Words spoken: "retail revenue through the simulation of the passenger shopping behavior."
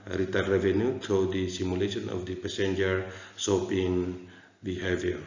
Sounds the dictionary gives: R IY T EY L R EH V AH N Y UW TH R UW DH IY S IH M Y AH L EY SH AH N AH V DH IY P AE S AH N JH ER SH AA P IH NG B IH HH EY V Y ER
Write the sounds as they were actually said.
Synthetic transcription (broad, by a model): R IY T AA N R EH V AH N Y UW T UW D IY S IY M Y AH L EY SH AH N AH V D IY P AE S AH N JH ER S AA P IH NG B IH HH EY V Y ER